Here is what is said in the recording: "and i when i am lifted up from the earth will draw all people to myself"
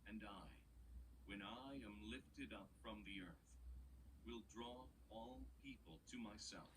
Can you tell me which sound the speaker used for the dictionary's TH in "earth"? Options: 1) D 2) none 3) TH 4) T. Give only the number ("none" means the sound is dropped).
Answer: 3